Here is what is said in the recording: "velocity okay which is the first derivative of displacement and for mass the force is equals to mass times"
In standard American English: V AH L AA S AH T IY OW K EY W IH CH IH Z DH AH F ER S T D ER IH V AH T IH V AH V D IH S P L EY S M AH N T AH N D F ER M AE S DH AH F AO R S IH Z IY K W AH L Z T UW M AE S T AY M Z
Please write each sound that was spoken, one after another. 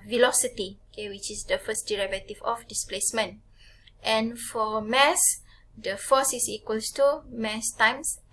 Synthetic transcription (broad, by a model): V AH L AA S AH T IY OW K EY W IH CH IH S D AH F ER S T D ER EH V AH T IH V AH F D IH S P L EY S M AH N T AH N F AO M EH S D AH F AO S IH S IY K W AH L S T UW M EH S T AY M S